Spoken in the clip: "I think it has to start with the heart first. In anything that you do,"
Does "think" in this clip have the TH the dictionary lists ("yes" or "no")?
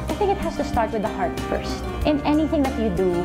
yes